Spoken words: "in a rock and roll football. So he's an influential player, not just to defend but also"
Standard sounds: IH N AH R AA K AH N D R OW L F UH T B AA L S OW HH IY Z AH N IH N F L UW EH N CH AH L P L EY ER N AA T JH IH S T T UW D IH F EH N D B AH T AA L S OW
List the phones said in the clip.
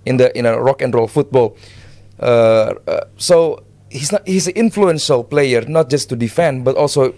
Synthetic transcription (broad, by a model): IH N AH R AA K AH N D R OW L F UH T B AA L S OW HH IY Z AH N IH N F L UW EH N SH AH L P L EY ER N AA T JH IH S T T UW D IH F EH N D B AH T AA L S OW